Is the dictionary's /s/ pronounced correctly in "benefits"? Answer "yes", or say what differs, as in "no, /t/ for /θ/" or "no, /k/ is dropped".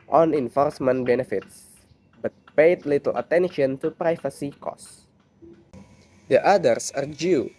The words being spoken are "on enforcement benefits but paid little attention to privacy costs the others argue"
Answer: yes